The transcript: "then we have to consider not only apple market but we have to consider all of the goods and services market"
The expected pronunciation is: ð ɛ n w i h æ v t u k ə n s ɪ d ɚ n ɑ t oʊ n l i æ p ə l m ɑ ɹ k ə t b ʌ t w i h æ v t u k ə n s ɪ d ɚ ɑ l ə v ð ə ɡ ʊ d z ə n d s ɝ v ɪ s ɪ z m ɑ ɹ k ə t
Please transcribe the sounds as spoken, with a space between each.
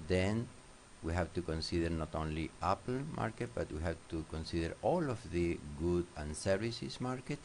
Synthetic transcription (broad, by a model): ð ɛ n w i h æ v t u k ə n s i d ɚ n ɑ t oʊ n l i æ p l m ɑ ɹ k ə t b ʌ t w i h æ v t u k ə n s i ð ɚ ɑ l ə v ð ə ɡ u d ə n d s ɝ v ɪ s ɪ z m ɑ ɹ k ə t